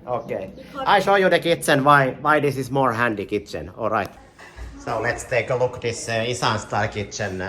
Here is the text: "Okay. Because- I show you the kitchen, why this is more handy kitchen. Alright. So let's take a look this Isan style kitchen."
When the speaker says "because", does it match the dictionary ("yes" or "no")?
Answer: no